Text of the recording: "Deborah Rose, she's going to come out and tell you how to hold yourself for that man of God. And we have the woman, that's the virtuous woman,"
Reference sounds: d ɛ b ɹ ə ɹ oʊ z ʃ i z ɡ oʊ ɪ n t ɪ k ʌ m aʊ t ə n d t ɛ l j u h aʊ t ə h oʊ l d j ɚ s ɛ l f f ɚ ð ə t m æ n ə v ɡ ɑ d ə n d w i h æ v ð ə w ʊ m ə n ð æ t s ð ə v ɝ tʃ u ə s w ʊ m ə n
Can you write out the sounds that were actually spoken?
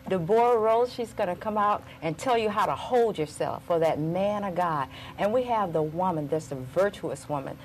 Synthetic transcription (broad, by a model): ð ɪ b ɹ ɹ oʊ z ʃ i z ɡ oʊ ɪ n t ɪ k ʌ m aʊ t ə n t ɛ l j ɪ h aʊ t ə h oʊ l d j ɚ s ɛ l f f ɚ ð ə t m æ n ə ɡ ɑ d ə n w i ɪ v ð ə w ʊ m ə n ð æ t s ð ə v ɝ tʃ u ə s w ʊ m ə n